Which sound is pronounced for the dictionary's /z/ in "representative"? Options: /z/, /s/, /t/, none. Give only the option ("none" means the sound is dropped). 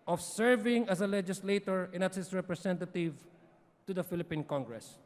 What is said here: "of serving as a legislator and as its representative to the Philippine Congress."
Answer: /s/